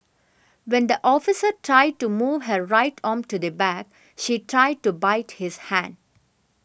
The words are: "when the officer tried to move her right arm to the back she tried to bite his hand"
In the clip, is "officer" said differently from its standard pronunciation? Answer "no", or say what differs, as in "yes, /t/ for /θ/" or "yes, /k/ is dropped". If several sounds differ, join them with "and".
no